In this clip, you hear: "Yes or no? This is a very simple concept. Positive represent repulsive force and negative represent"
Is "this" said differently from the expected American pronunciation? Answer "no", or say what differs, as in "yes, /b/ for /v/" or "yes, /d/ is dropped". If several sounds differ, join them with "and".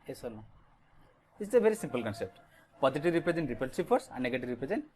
yes, /s/ is dropped